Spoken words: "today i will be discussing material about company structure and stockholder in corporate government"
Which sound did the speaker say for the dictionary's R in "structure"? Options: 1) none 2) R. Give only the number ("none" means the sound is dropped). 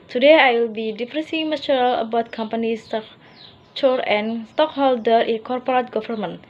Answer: 1